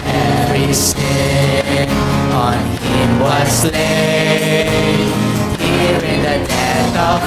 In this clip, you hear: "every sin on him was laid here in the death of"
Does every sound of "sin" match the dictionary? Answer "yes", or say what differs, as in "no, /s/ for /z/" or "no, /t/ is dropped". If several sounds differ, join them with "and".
no, /n/ is dropped